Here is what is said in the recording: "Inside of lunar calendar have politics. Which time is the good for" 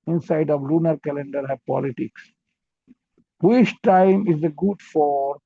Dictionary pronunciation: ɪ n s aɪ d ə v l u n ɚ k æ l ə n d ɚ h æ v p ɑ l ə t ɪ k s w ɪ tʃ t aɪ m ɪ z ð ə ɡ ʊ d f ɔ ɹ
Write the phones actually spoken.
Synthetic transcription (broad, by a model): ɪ n s aɪ d ə v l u n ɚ k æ l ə n d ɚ h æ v p ɑ l ə t ɪ k s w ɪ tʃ t aɪ m ɪ z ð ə ɡ ʊ d f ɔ ɹ